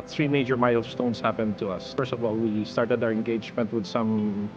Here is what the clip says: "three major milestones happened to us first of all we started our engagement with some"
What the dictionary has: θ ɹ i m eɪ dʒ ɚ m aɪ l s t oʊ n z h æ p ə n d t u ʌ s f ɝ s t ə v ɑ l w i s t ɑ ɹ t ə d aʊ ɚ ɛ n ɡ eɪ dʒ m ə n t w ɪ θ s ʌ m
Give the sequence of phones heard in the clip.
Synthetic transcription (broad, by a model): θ ɹ i m eɪ dʒ ɚ m aɪ l s t oʊ n s h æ p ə n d t u ʌ s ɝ s t ə v ɑ l w i s t ɑ ɹ t ə d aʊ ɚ ɛ n ɡ eɪ dʒ m ə n t w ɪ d s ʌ m